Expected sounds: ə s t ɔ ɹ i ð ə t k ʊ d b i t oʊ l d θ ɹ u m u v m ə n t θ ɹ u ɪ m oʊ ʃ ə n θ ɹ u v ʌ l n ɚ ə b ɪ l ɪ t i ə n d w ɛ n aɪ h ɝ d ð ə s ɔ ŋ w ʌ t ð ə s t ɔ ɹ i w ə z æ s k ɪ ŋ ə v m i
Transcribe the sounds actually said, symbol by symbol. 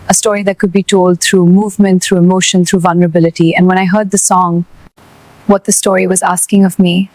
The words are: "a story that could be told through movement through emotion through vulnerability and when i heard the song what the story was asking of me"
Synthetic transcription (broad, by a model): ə s t ɔ ɹ i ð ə t k ʊ d b i t oʊ l d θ ɹ u m u v m ə n t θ ɹ u ɪ m oʊ ʃ ə n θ ɹ u v ʌ l n ɚ ə b ɪ l ɪ t i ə n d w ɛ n aɪ h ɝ d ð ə s ɔ ŋ w ʌ t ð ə s t ɔ ɹ i w ə z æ s k ɪ ŋ ə v m i